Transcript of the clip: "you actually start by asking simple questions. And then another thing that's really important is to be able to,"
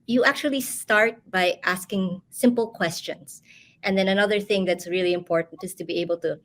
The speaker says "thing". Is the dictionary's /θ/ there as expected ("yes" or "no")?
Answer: yes